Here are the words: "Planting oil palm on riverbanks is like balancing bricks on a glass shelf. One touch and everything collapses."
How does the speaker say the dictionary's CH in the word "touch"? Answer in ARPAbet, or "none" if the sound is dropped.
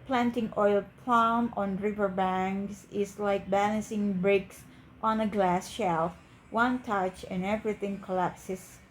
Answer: CH